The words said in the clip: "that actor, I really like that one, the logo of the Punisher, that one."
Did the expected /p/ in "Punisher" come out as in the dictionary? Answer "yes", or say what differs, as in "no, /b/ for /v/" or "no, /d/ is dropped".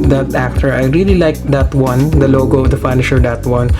no, /f/ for /p/